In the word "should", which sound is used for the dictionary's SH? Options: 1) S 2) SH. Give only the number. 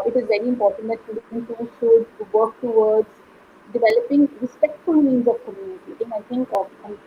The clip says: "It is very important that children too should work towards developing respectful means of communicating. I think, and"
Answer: 1